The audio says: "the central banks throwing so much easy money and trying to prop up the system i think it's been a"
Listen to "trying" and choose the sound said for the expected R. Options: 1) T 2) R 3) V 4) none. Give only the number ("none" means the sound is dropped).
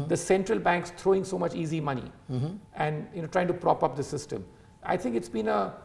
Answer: 2